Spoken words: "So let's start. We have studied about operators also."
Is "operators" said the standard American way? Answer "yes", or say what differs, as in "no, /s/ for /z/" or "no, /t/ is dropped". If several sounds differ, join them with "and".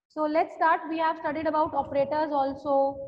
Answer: yes